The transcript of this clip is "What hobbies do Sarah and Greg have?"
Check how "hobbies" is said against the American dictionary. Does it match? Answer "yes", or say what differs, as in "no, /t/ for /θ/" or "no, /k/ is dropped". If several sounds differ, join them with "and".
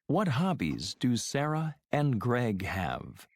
yes